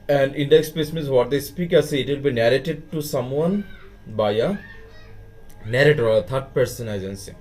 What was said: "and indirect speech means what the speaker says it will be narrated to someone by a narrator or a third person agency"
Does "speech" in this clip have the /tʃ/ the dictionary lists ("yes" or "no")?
no